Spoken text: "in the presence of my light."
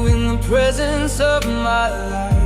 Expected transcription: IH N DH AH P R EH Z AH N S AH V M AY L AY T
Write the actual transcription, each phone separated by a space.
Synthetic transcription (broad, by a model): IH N DH AH P R EH Z AH N S AH V M AY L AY